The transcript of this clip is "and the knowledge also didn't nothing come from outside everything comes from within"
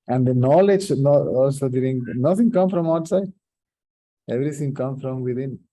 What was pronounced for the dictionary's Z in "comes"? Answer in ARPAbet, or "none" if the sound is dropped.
none